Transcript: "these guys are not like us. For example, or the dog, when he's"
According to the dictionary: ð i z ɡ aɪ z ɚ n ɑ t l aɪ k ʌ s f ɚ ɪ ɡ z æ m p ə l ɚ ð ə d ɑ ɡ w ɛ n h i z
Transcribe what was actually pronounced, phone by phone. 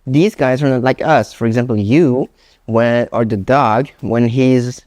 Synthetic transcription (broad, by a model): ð i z ɡ aɪ z ɚ n ɑ t l aɪ k ʌ s f ɚ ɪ ɡ z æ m p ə w ɚ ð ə d ɑ ɡ w ɛ n h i z